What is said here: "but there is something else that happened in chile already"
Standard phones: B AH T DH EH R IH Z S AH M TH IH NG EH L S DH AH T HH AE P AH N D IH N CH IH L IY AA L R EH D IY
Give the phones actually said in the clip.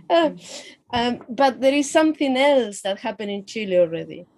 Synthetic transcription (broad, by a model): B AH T DH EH R IH Z S AH M TH IH NG EH L S DH AH T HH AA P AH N IH N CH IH L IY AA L R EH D IY